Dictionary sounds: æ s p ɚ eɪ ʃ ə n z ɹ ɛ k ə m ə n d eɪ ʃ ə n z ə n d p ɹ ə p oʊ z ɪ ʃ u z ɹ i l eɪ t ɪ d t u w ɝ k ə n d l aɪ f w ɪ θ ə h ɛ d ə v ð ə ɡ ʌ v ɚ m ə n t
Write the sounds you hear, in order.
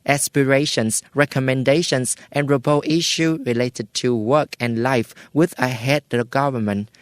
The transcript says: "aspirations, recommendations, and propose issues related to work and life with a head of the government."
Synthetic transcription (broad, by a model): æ s p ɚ eɪ ʃ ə n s ɹ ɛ k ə m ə n d eɪ ʃ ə n s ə n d ɹ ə b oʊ ɪ ʃ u ɹ i l eɪ t ɪ d t u w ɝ k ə n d l aɪ f w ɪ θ ə h ɛ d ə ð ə ɡ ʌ v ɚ m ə n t